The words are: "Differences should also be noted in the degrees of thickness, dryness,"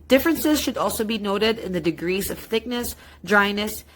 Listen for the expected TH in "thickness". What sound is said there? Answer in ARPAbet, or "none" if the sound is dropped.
TH